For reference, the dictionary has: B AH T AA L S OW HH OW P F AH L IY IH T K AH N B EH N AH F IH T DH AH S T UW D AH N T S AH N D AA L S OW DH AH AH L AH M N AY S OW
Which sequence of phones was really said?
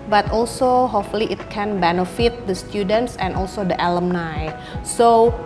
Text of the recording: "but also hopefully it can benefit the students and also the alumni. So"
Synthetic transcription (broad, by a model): B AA T AA L S OW HH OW F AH L IY IH T K AH N B EH N AH F IH T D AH S T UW D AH N T S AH N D AA L S OW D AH AH L AH M N AY S OW